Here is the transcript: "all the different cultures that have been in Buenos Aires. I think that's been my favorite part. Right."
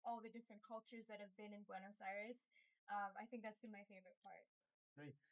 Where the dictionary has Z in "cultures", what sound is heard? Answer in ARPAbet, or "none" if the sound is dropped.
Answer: Z